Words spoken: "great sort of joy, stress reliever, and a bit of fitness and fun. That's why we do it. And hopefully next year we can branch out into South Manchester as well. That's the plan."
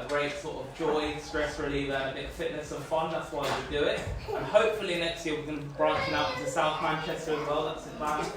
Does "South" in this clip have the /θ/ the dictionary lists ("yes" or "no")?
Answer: yes